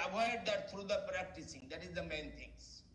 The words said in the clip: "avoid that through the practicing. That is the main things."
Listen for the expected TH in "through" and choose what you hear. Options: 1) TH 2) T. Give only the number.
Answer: 2